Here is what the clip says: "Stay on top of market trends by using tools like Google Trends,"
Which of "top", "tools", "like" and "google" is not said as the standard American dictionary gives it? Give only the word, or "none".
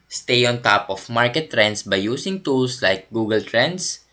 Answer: tools